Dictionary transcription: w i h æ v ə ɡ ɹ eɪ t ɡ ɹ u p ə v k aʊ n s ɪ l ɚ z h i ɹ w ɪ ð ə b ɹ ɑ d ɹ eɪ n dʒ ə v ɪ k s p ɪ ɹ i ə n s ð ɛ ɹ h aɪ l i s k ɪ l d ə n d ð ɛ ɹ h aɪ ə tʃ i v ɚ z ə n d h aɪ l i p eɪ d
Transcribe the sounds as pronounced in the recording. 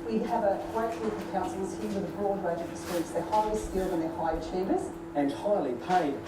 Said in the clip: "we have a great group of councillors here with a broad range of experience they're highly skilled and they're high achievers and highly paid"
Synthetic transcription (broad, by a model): w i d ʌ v ə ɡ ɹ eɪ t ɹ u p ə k aʊ n s l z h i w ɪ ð ə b ɹ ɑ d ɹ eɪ dʒ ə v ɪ s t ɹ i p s ð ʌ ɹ h aɪ i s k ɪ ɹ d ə n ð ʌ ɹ h aɪ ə tʃ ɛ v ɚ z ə n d h aɪ l i p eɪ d